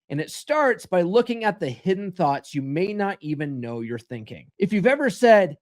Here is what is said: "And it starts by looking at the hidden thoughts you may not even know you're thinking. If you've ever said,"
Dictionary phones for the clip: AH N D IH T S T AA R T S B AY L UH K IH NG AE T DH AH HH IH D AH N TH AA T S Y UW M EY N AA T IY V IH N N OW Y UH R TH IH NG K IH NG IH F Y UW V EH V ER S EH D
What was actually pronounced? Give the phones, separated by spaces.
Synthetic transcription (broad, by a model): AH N IH T S T AA R T S B AY L UH K IH NG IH T DH AH HH IH D N TH AA T S Y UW M EY N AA T IY V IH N N OW Y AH R TH IH NG K IH NG IH F Y UW V EH V ER S EH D